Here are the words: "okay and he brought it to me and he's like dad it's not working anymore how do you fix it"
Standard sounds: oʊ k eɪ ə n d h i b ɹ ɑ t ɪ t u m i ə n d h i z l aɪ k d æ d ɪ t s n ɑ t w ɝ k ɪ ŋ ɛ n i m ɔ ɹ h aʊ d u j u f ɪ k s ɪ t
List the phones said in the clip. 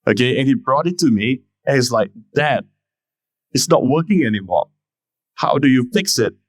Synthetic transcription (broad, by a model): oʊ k eɪ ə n h i b ɹ ɑ t ɪ t u m i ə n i s l aɪ k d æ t ɪ t s n ɑ t w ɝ k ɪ ŋ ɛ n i m ɔ h aʊ d u j u f ɪ k s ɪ t